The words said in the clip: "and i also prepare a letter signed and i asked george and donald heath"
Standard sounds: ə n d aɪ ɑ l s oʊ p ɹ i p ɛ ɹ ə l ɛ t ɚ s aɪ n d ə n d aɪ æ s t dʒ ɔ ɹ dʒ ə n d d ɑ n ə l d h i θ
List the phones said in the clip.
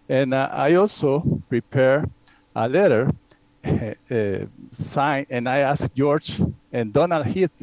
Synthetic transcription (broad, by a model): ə n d aɪ ɑ l s oʊ p ɹ i p ɛ ɹ ə l ɛ t ɚ s aɪ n ə n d aɪ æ s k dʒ ɔ ɹ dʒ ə n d d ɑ n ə l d h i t